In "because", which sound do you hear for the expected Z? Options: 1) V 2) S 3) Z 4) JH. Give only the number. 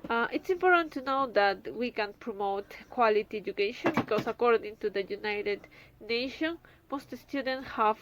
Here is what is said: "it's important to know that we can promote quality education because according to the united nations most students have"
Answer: 2